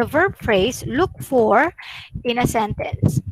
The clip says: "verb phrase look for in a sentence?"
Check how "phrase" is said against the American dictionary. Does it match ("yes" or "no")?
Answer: no